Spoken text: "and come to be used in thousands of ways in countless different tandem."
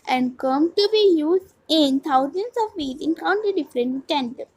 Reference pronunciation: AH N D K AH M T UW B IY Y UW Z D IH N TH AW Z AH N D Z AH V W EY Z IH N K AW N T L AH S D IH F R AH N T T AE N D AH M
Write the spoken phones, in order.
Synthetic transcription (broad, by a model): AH N D K AH M T UW B IY Y UW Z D IH N T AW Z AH N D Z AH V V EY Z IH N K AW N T AH D IH F R AH N T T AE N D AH